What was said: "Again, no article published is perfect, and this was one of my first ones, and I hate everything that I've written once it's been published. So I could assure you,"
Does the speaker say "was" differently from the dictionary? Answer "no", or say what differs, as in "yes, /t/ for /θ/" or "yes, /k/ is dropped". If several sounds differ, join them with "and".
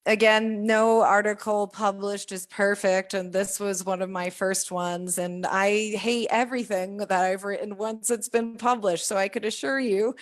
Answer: no